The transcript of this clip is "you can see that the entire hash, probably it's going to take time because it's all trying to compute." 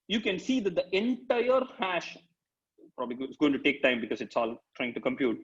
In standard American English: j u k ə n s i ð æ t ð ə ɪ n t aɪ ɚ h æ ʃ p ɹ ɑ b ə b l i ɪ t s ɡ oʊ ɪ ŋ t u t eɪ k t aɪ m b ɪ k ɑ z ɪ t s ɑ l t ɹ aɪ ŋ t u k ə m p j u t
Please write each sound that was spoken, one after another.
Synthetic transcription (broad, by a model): j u k ə n s i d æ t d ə ɪ n t aɪ ɚ h æ ʃ p ɹ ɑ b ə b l i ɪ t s ɡ oʊ ɪ ŋ t u t eɪ k t aɪ m b ɪ k ɑ z ɪ t s ɑ l t ɹ aɪ ŋ t u k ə m p j u t